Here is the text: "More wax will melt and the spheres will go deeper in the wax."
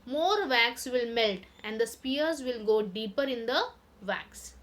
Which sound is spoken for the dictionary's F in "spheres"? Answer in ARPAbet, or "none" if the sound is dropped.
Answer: P